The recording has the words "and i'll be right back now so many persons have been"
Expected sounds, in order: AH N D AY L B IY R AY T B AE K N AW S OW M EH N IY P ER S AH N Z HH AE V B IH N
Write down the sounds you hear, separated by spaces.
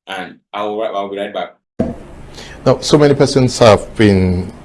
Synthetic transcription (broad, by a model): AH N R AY W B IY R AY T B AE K N AW S OW M EH N IY P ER S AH N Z HH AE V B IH N